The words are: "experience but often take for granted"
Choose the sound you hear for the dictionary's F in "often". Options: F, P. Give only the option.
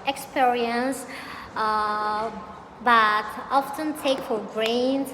F